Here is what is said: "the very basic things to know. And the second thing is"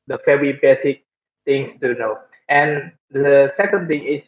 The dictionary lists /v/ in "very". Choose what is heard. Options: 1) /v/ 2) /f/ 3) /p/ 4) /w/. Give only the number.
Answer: 2